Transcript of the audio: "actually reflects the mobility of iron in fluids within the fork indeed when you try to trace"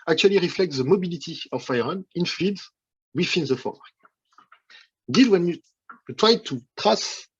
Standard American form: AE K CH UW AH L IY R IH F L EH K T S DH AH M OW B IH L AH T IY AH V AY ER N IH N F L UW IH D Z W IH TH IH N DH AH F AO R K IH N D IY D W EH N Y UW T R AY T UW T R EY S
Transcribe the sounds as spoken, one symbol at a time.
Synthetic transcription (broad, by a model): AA K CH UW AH L IY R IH F L EH K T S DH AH M OW B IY L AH T IY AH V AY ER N IH N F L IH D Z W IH F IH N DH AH F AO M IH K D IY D W EH N Y UW T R AY T UW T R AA S